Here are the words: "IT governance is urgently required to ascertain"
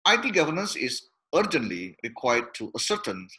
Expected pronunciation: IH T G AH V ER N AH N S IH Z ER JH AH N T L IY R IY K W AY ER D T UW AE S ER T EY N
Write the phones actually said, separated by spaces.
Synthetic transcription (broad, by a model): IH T G AH V ER N AH N S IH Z ER JH AH N T L IY R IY K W AY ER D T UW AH S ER T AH N